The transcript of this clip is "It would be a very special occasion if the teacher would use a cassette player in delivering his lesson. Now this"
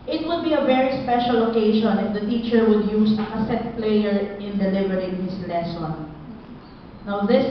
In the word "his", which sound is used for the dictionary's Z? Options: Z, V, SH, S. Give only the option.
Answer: S